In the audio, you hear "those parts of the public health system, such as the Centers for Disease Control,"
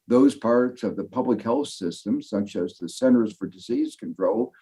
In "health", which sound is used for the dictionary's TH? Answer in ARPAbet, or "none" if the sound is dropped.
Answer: TH